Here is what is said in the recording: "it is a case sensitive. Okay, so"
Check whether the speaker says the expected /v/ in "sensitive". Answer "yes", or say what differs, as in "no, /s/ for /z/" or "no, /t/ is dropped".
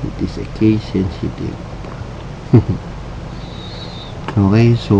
no, /v/ is dropped